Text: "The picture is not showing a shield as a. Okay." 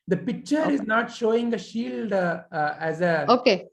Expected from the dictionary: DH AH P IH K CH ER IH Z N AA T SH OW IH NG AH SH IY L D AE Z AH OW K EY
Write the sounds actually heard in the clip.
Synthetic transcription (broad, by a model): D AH P IH K CH ER IH Z N AA T SH OW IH NG AH SH IY L D AE Z AH OW K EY